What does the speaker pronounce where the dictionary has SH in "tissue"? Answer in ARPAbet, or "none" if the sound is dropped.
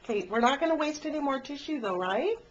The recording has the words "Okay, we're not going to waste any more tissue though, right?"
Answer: SH